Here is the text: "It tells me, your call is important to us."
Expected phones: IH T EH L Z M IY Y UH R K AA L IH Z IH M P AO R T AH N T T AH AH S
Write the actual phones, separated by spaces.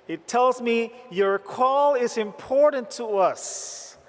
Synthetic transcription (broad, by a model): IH T EH L Z M IY Y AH R K AA L IH Z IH M P AO R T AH N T T AH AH S